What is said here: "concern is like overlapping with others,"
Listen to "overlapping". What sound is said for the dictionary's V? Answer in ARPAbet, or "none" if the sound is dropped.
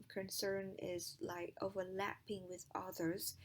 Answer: V